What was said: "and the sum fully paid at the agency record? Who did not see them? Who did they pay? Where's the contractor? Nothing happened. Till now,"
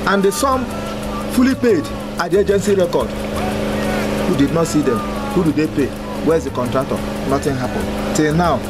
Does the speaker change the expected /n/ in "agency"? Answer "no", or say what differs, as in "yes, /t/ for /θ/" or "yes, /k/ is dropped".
no